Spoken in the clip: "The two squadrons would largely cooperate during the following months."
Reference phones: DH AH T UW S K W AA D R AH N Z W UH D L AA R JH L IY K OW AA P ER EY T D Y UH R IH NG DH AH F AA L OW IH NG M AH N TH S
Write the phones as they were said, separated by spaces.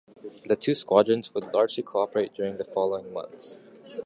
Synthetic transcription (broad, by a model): DH AH T UW S K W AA D R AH N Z W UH D L AA R JH L IY K OW AA P ER EY T D Y UH R IH NG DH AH F AA L OW IH NG M AH N TH S